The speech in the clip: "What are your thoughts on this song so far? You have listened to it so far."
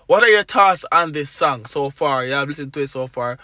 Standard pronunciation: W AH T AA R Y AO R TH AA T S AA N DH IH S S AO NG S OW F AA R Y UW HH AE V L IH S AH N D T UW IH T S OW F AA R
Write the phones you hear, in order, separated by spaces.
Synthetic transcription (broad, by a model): W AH T AA R Y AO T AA S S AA N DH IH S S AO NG S OW F AA R Y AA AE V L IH S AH N T UW IH T S OW F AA R